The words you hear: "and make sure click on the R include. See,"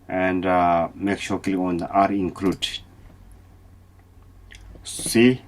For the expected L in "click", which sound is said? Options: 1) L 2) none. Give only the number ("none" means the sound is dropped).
2